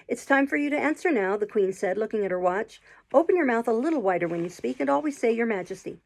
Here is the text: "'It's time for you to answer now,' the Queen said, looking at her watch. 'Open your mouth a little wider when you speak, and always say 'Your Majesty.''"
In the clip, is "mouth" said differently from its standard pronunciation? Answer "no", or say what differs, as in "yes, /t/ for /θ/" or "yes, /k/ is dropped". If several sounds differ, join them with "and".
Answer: no